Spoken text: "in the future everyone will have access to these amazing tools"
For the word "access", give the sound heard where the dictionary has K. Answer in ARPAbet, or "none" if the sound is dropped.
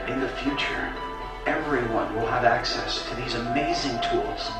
K